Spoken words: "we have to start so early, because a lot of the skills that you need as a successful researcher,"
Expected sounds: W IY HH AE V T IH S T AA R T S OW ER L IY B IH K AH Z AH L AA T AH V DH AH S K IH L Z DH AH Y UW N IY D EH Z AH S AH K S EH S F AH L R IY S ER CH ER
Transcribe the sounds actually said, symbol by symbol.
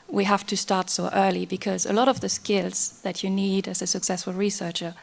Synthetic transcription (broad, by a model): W IY HH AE F T IH S T AA R T S OW ER L IY B IH K AH Z AH L AA T AH V DH AH S K IH L Z DH AH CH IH N IY D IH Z AH S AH K S EH S F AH L R IY S ER CH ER